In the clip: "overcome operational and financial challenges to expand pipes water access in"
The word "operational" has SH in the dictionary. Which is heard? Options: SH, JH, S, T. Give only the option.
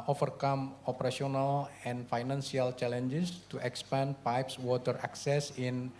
S